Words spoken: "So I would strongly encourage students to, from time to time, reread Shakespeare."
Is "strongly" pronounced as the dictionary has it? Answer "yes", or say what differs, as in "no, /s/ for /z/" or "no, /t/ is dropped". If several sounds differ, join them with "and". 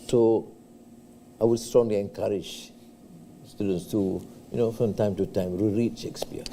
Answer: yes